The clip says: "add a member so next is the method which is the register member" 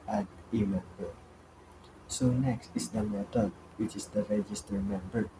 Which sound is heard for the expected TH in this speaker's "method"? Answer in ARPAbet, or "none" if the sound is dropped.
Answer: T